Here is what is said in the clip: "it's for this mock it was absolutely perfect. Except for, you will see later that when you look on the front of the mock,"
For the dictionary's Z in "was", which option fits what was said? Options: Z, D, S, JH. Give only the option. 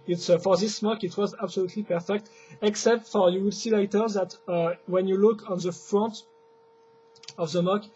Z